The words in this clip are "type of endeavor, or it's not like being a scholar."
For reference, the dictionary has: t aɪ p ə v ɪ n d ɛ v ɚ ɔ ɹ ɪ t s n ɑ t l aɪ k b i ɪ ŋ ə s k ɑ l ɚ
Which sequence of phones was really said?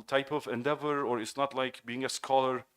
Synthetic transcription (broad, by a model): t aɪ p ə v ɪ n d ɛ v ɚ ɔ ɹ ɪ t s n ɑ t l aɪ k b i ɪ ŋ ə s k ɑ l ɚ